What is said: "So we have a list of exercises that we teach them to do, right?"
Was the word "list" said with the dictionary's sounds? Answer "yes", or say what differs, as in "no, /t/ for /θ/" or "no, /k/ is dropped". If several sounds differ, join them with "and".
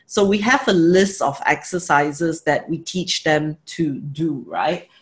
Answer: yes